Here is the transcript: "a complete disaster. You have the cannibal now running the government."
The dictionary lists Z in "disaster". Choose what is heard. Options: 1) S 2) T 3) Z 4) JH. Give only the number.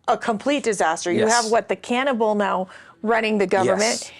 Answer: 3